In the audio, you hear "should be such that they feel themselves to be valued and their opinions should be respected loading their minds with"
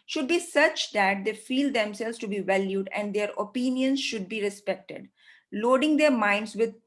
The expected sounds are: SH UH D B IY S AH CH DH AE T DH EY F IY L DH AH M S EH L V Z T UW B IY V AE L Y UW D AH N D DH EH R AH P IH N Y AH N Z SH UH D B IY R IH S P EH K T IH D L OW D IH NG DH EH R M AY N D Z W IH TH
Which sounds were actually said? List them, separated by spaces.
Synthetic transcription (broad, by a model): SH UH D B IY S AH CH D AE T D EY F IY L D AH M S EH L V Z T UW B IY V AE L Y UW D AH N D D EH R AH P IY N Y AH N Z SH UH D B IY R IH S P EH K T IH D L OW D IH NG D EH R M AY N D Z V IH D